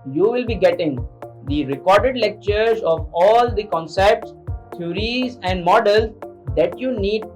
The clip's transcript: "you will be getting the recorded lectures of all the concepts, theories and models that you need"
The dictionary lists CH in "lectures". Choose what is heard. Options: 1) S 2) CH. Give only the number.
2